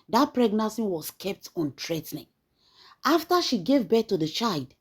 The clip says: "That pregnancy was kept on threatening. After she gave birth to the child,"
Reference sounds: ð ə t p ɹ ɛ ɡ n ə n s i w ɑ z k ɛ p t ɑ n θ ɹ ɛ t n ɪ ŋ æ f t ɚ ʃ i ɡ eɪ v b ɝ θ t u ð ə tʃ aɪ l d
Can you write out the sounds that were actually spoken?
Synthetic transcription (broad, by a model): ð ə t p ɹ ɛ ɡ n ə n s i w ɑ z k ɛ p t ɑ n t ɹ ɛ t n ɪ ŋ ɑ f t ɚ ʃ i ɡ eɪ v b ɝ t u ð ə tʃ aɪ l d